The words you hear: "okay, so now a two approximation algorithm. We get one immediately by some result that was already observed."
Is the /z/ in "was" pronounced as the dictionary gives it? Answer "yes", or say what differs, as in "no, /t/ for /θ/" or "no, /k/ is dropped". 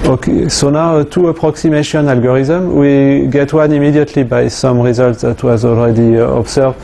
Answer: yes